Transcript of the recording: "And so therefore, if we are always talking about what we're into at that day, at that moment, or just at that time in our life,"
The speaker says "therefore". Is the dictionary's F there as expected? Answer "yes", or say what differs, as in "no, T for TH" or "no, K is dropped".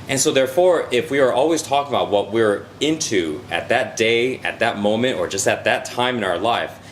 yes